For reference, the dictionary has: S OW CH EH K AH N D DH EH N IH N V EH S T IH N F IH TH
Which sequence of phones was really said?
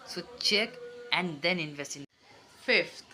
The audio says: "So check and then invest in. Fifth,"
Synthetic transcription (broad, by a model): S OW CH EH K AH N D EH N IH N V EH S IH N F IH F